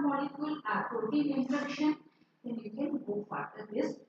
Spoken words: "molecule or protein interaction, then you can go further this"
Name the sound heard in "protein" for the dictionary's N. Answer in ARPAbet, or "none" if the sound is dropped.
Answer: none